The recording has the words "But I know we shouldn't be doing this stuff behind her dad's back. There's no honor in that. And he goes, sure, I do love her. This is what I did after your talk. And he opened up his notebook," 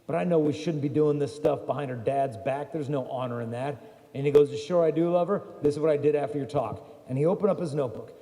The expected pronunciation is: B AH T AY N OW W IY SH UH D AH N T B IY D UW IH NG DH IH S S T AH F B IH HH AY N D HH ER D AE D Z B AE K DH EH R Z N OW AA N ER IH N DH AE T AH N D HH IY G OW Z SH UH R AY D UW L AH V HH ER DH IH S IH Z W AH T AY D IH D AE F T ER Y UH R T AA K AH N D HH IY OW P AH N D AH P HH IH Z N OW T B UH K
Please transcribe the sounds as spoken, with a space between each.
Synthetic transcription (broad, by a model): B AH T AY N OW W IY SH UH D N B IY D UW IH NG DH IH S S T AH F B IH HH AY N D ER D AE D Z B AE K DH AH R Z N OW AA N ER IH N DH AE T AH N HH IY G OW Z SH UH R AY D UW L AH V ER DH IH S IH Z W AH T AY D IH D AE F T ER Y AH R T AA K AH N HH IY OW P AH N D AH P HH IH Z N OW T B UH K